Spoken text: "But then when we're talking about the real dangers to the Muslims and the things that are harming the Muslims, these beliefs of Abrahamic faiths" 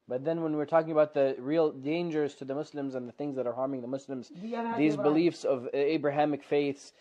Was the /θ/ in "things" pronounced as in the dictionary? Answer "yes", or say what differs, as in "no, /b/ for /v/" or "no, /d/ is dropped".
yes